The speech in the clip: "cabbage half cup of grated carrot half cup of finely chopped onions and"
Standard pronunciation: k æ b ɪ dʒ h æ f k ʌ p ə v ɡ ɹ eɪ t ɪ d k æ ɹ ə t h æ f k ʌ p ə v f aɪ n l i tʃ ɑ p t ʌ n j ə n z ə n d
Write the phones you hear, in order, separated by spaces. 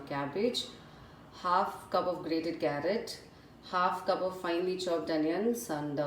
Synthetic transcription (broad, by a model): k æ b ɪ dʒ h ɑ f k ʌ p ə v ɡ ɹ eɪ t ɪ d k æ ɹ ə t h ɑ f k ʌ p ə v f aɪ n l i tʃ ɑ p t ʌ n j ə n s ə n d